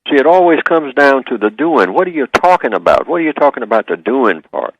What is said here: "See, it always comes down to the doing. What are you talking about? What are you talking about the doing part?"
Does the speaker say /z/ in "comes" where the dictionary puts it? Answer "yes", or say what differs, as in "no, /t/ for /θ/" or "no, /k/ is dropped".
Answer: yes